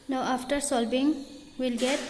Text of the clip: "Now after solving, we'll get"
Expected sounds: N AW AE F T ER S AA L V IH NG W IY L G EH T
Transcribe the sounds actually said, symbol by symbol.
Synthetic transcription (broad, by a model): N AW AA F T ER S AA L B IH NG W IY L G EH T